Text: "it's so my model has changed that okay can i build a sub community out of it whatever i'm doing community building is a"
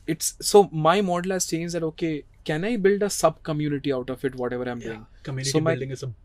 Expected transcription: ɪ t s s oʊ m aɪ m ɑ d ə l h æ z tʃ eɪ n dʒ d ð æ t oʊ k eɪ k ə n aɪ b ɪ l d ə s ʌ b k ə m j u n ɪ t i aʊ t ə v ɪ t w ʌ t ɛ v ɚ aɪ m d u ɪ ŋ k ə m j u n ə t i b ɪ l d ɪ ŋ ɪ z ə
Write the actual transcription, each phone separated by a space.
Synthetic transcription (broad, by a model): ɪ t s s oʊ m aɪ m ɑ d ə l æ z s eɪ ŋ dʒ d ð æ t oʊ k eɪ k ə n aɪ b ɪ l d ə s ʌ b k ə m j u n ɪ t i aʊ t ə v ɪ t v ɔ t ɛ v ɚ aɪ m d u ɪ ŋ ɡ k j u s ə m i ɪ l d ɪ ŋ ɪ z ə